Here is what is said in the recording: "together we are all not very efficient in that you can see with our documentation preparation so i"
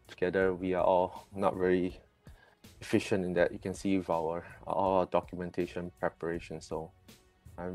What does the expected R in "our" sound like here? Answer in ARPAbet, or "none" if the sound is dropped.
L